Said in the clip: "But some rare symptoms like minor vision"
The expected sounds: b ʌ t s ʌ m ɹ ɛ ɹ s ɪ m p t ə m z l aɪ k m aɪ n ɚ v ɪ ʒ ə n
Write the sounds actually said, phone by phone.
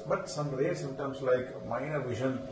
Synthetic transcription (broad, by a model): b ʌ t s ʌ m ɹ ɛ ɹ s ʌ m t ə m s l aɪ k m aɪ n ɚ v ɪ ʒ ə n